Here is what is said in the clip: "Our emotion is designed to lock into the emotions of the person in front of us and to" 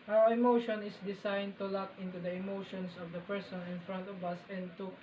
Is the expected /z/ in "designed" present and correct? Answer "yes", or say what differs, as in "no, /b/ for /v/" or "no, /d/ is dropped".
no, /s/ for /z/